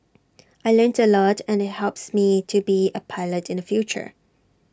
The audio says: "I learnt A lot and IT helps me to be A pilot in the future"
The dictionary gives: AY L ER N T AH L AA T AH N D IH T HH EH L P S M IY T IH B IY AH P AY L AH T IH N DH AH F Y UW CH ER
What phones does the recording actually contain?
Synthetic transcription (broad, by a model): AY L ER N T AH L AA T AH N IH T HH EH L P S M IY T IH B IY AH P AY L AH T IH N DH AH F Y UW CH ER